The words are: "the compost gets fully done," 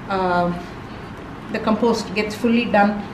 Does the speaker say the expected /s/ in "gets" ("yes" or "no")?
yes